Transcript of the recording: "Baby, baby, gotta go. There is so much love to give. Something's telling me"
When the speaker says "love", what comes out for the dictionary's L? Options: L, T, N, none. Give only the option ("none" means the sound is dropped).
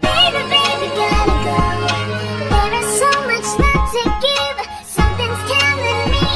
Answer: N